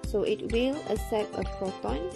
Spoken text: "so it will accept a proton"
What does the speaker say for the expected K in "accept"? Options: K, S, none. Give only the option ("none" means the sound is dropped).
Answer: none